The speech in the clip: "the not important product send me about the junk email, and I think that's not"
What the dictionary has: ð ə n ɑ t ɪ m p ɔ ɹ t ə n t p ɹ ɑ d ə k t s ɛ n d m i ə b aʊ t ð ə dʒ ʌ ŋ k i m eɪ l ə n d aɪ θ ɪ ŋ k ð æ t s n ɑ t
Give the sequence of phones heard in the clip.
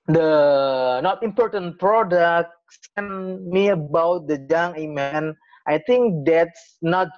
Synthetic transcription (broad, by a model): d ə n ɑ t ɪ m p ɔ ɹ t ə n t p ɹ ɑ d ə k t s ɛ n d m i ə b aʊ t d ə dʒ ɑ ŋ i m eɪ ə n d aɪ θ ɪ ŋ k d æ t s n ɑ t